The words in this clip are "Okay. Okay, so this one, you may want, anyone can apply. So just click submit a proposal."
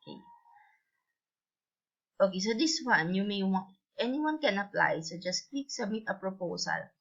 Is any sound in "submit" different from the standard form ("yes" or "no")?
yes